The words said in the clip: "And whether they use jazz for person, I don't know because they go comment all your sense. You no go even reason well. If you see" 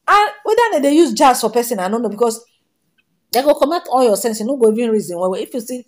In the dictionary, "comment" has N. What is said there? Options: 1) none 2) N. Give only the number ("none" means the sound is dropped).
1